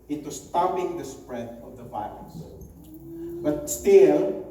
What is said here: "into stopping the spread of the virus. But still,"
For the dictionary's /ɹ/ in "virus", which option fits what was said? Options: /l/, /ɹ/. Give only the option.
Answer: /l/